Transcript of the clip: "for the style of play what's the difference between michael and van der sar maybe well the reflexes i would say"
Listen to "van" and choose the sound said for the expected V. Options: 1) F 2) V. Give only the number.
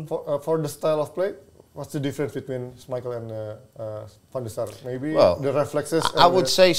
1